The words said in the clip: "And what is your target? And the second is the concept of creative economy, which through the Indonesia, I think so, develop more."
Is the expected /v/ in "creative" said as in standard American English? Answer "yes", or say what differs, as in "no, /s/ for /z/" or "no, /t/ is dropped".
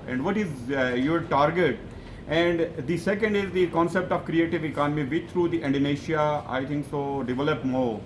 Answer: yes